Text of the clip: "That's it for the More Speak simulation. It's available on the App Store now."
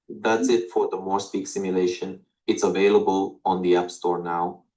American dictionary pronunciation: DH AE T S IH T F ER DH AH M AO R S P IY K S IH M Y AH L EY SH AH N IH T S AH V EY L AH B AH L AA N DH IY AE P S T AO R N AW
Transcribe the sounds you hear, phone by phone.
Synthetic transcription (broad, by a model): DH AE T S IH T F ER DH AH M AO R S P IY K S IH M Y AH L EY SH AH N IH T S AH V EY L AH B AH L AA N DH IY AE P S T AO R N AW